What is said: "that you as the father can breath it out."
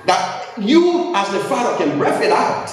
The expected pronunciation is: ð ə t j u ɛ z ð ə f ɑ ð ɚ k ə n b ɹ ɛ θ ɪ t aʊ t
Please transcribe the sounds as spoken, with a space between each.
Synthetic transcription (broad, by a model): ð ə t j u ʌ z ð ə f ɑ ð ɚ k ə n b ɹ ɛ f ɪ t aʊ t